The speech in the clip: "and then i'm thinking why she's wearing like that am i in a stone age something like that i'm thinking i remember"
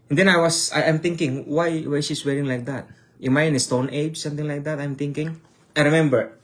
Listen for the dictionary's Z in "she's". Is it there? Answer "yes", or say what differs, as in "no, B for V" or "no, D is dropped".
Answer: no, S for Z